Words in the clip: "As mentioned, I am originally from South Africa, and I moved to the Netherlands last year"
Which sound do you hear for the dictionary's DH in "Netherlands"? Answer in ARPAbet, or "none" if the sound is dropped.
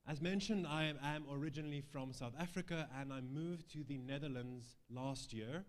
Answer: DH